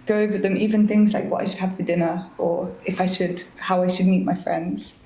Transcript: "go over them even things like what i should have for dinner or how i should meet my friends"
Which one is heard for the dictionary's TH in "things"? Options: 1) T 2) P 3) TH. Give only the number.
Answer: 3